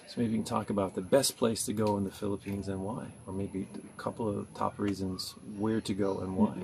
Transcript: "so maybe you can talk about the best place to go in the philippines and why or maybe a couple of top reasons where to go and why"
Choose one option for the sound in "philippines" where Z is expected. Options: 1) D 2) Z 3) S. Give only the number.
2